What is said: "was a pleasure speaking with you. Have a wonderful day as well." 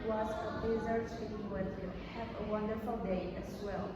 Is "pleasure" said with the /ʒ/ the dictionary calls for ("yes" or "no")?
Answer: no